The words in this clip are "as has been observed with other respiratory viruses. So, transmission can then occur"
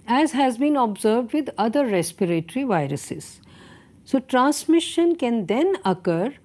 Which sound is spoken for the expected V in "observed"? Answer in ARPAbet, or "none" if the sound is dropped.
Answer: V